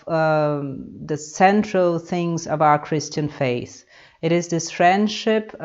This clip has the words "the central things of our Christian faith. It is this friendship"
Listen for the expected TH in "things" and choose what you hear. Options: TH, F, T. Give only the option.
TH